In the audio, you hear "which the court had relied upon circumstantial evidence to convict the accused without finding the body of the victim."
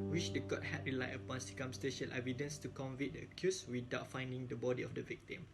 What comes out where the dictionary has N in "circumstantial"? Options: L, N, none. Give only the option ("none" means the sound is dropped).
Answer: none